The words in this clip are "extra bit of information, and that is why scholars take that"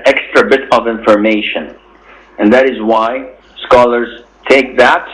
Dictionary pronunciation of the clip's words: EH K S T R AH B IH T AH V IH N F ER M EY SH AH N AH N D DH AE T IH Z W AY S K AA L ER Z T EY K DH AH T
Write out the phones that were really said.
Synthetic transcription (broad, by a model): EH K S T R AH B IH T AH V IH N F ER M EY SH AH N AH N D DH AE T IH Z W AY S K AA L ER Z T EY K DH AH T